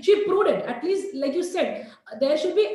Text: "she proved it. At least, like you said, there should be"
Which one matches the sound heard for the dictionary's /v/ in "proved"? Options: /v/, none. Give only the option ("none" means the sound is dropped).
none